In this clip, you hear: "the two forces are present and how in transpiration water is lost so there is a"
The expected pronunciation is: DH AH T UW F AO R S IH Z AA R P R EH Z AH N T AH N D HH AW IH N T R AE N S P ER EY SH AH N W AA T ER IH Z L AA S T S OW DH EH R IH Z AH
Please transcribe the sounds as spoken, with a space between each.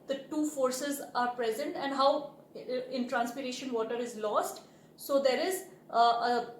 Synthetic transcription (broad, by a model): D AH T UW F AO R S IH Z AA R P R EH Z AH N T AH N D HH AW IH N T R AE N S P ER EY SH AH N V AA T ER IH Z L AA S T S OW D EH R IH Z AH